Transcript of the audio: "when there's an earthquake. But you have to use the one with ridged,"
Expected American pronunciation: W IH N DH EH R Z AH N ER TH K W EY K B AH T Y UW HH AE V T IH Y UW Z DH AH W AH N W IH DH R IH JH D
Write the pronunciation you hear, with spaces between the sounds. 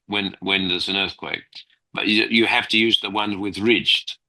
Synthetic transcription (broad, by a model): W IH N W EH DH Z AH N ER TH K W EY K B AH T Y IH HH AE F T IH Y UW Z DH AH W AH N W IH DH R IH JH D